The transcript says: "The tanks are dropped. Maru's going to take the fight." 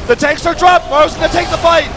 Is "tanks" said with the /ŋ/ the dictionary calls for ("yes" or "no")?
no